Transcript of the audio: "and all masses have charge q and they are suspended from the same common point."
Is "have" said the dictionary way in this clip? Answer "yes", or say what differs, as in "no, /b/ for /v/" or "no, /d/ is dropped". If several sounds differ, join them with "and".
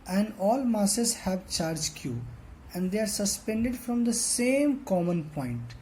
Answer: yes